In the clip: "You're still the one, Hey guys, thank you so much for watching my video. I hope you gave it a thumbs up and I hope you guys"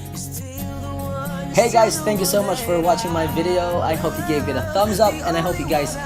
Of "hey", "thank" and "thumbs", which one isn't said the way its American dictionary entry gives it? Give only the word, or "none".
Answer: none